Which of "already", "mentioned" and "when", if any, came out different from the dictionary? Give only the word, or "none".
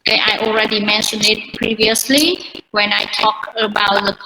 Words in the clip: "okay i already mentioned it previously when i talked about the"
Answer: mentioned